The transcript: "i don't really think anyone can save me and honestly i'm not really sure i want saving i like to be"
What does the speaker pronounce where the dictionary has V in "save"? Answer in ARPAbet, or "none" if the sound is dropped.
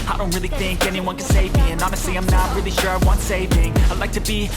V